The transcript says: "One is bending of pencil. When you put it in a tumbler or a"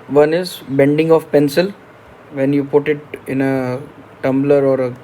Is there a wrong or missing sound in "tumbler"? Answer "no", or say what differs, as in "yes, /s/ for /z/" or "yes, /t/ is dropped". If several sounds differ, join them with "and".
no